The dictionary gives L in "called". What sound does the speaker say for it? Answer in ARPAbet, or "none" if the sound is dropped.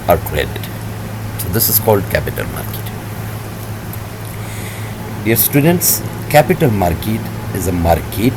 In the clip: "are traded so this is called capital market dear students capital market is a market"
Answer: L